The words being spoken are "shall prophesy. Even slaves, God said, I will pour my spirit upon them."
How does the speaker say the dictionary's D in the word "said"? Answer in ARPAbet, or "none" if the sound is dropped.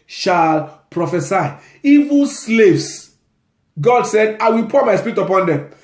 D